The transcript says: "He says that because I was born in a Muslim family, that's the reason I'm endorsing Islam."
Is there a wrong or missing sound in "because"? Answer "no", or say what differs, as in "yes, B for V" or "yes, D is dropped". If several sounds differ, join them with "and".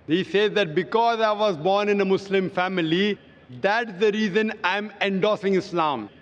no